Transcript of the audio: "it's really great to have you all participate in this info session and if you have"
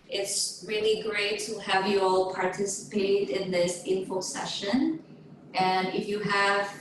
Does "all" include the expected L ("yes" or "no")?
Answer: yes